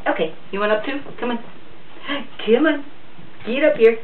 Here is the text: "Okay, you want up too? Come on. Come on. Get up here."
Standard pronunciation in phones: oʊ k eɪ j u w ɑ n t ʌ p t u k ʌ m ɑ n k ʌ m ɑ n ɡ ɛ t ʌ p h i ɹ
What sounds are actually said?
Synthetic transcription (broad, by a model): oʊ k eɪ j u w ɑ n ʌ p t u k ʌ m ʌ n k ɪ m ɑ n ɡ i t ʌ p h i ɹ